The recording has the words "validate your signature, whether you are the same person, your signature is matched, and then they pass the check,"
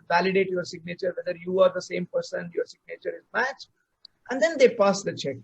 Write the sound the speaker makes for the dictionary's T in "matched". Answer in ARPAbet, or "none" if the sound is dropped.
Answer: T